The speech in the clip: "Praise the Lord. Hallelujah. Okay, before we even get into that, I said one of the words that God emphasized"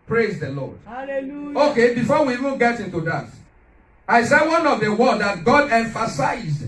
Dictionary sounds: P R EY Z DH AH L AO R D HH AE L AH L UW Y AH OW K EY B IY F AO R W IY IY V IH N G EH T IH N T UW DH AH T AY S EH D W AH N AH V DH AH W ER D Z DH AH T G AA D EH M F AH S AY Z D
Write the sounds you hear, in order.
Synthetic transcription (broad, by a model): P R EY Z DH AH L AO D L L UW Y OW K EY B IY F AO W IY IY V IH N G EH T IH N T UW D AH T AY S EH W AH N AH V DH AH W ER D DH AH T G AA D EH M F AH S AY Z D